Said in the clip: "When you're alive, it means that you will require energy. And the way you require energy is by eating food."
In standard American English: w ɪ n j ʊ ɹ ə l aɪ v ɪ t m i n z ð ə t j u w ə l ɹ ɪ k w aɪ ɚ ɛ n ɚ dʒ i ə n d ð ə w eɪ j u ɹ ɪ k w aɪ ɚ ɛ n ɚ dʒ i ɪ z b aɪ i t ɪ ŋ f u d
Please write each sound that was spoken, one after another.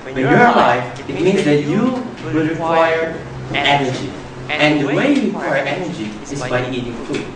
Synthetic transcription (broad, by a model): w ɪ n j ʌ ɹ l aɪ f ɪ t m i n z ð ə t j u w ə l ɹ ɪ k w aɪ ɚ ɛ n ɚ dʒ i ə n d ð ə w eɪ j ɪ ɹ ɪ k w aɪ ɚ ɛ n ɚ dʒ i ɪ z b aɪ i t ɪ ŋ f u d